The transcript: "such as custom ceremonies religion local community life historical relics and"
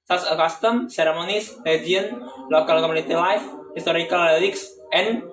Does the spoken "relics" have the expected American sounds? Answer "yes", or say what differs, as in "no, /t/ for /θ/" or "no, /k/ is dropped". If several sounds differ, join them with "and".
no, /l/ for /ɹ/